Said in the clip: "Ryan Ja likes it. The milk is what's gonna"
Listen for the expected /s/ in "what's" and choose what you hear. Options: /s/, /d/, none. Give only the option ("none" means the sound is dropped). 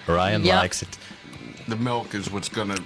/s/